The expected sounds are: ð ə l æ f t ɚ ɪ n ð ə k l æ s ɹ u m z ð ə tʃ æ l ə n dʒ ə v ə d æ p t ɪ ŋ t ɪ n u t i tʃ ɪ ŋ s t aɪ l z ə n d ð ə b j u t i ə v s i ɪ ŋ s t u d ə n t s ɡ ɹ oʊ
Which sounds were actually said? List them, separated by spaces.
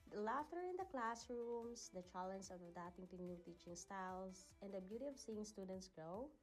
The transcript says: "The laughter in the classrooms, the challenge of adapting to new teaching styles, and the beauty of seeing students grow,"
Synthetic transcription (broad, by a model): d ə l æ f t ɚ ɪ n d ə k l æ s ɹ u m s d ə tʃ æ l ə n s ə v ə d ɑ t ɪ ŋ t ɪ n u t i tʃ ɪ ŋ s t aɪ l s ə n d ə b j u t i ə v s i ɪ ŋ s t u d ə n t s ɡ ɹ oʊ